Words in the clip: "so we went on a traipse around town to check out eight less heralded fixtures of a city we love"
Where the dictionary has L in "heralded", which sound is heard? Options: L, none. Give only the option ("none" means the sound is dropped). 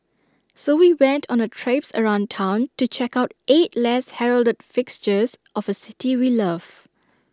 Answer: L